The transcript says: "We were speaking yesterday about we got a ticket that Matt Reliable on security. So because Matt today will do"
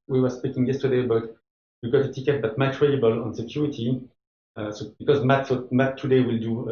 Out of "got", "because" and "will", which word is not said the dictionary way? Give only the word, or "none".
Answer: none